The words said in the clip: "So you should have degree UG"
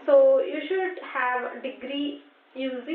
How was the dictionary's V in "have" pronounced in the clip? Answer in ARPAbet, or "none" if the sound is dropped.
V